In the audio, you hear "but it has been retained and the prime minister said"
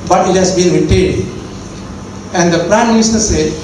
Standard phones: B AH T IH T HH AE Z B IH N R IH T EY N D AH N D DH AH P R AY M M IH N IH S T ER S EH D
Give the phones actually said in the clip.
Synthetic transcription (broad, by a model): B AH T IH T HH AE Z B IH N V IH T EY D AH N D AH P R AY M M IH N IH S T ER S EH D